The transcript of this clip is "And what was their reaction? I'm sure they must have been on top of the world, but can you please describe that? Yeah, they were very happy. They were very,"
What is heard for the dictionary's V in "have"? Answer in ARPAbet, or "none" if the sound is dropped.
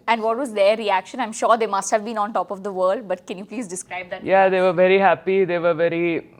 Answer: V